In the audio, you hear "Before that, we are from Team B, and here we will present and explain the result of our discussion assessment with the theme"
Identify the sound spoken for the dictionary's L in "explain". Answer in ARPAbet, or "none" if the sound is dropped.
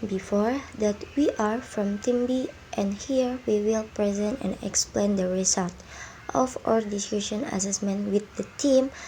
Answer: L